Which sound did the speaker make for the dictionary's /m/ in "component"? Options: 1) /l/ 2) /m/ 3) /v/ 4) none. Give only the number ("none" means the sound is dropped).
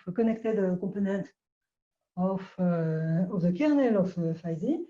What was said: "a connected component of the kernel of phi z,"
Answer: 4